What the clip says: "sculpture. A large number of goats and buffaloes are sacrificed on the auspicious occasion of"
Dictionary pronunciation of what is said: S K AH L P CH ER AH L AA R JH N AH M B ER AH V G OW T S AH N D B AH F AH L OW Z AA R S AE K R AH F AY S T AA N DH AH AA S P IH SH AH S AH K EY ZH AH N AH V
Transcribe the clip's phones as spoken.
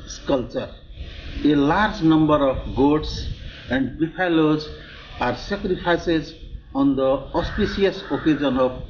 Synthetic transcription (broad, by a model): S K AH L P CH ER AH L AA R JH N AH M B ER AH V G OW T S AH N D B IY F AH L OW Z AA R S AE K R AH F AY S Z AA N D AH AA S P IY S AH S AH K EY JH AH N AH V